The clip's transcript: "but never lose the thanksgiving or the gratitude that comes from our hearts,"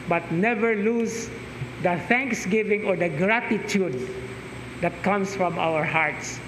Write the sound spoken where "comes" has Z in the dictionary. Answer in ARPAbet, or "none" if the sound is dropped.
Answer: S